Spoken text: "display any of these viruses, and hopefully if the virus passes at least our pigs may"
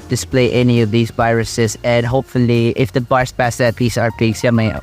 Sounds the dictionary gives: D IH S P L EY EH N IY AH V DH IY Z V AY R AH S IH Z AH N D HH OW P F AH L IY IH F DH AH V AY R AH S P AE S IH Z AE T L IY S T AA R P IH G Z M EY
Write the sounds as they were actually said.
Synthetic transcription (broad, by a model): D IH S P L EY EH N IY AH V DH IY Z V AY R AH S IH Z AH N D HH OW P F AH L IY IH F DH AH B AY R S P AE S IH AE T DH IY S AA R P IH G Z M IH